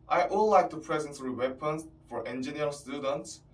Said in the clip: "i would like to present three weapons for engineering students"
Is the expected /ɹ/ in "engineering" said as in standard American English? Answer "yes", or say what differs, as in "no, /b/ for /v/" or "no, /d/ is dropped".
no, /ɹ/ is dropped